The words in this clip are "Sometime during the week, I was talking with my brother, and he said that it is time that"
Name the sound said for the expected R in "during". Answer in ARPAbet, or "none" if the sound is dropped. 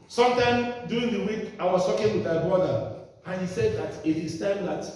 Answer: none